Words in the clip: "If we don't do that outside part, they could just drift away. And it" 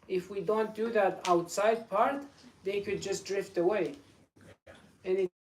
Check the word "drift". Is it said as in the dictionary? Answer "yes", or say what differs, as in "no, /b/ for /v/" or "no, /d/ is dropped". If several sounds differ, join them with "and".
yes